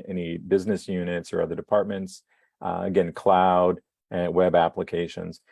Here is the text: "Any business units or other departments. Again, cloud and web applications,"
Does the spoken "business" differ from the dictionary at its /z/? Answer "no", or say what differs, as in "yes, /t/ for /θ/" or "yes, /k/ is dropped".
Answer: no